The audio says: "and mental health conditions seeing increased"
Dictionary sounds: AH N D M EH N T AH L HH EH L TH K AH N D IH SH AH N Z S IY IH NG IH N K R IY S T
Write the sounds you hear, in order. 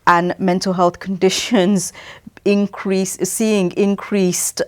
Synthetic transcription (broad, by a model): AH N M EH N T AH L HH EH L TH K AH N D IH SH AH N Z S IY IH NG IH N K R IY S T